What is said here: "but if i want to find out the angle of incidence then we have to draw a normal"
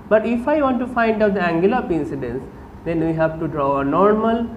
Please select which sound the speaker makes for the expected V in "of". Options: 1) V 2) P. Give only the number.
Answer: 2